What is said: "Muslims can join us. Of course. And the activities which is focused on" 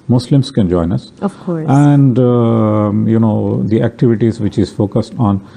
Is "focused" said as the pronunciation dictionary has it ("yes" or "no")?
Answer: yes